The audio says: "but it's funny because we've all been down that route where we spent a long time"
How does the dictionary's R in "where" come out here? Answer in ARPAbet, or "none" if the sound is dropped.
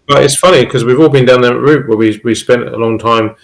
W